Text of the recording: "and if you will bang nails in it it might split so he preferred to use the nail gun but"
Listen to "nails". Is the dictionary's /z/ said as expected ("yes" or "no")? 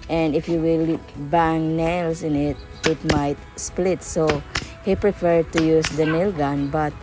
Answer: no